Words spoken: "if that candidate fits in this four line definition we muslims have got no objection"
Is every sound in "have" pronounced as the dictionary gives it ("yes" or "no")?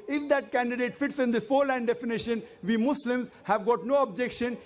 yes